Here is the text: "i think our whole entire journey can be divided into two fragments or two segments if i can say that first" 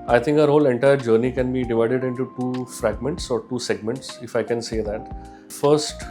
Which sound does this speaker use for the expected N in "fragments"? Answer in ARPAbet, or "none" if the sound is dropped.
N